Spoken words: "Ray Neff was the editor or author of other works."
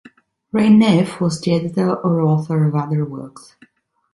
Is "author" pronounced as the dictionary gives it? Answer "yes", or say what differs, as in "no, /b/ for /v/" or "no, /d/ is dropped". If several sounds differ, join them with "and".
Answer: yes